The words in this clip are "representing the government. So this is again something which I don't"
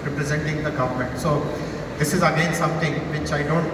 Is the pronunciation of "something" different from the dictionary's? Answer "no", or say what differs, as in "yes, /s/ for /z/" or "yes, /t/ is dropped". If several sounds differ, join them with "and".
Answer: yes, /t/ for /θ/